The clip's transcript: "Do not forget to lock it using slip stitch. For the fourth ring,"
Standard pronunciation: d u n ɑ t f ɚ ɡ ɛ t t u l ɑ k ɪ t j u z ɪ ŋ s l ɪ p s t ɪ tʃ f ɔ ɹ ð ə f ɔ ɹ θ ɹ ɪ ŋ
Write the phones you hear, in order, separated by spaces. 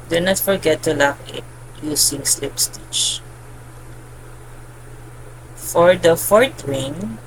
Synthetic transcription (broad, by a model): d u n ɑ t f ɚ ɡ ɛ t t u l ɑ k ɪ t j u s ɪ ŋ s l ɪ p s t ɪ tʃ f ɔ ɹ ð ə f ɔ ɹ t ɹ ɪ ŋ